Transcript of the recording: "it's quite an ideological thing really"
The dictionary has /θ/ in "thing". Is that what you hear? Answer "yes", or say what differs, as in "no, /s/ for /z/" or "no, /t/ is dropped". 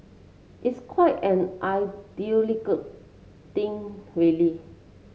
no, /t/ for /θ/